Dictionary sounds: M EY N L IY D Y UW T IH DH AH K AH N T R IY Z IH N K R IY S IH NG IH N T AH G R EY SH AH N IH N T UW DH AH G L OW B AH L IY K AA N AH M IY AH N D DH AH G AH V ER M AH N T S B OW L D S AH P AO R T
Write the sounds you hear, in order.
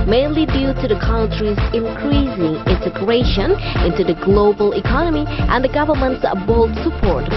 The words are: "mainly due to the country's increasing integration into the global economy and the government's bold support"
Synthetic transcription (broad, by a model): M EY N L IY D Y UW T IH DH AH K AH N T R IY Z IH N K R IY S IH NG IH N T AH G R EY SH AH N IH N T UW DH AH G L OW B AH L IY K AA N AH M IY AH N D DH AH G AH V ER M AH N T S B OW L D S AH P AO R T